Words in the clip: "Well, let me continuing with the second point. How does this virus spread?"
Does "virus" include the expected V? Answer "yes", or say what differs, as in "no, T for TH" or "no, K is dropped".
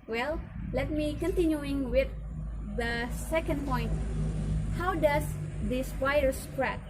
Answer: no, P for V